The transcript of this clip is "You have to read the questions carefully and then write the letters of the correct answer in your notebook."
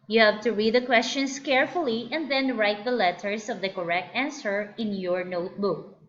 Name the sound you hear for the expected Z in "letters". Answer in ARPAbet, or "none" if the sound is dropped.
S